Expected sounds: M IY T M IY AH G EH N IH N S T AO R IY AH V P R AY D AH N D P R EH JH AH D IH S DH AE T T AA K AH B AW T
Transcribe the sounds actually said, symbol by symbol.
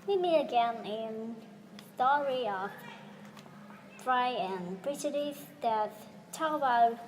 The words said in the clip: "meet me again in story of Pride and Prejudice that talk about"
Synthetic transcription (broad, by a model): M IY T M IY AH G EH N IH N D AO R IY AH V F R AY AH N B R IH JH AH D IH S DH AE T T AA K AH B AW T